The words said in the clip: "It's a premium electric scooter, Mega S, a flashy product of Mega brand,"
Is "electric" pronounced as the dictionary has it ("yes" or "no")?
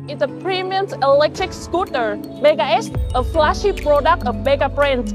yes